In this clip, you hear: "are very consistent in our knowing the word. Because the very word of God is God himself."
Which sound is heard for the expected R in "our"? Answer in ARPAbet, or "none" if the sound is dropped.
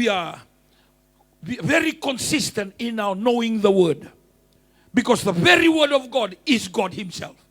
W